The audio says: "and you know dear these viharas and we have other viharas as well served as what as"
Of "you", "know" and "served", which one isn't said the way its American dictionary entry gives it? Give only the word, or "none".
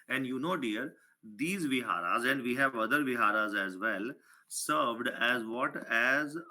none